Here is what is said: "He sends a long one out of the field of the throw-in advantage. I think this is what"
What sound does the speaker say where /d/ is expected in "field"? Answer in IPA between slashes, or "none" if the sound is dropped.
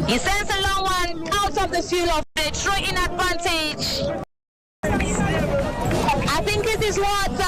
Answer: none